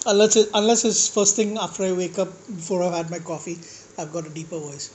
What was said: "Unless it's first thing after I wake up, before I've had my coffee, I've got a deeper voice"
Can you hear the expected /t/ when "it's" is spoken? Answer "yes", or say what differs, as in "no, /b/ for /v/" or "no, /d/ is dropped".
no, /s/ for /t/